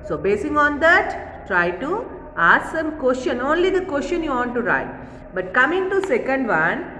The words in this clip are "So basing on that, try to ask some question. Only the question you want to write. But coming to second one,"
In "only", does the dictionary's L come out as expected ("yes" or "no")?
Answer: yes